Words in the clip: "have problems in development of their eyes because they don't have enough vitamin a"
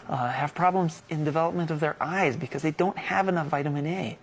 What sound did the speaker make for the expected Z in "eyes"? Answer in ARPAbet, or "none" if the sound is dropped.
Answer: Z